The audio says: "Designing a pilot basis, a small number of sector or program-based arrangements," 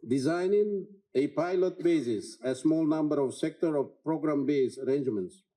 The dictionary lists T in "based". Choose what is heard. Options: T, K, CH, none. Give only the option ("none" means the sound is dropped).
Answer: none